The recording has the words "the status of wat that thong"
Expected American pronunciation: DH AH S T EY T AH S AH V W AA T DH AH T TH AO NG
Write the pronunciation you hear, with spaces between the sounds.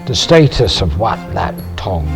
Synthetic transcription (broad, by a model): DH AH S T EY T AH S AH V W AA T DH AH T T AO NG